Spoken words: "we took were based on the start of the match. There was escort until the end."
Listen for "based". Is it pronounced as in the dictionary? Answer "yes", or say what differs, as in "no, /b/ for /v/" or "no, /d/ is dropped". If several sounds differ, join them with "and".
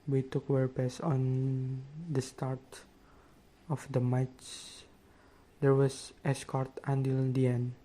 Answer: no, /t/ is dropped